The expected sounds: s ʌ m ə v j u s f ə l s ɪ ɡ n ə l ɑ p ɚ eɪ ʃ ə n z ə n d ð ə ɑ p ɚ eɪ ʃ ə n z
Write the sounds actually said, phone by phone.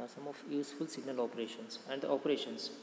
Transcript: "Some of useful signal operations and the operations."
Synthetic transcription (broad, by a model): s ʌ m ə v j u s f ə l s ɪ ɡ n ə l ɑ p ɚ eɪ ʃ ə n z ə n d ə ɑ p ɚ eɪ ʃ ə n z